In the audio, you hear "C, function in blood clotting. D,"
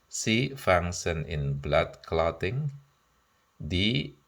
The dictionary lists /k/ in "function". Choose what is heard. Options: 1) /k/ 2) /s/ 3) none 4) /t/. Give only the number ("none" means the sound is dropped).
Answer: 3